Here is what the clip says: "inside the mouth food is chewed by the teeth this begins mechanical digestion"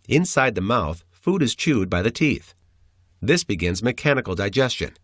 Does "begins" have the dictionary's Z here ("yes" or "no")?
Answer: yes